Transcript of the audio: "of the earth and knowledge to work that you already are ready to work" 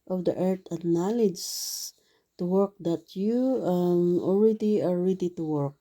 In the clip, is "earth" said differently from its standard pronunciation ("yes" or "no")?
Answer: yes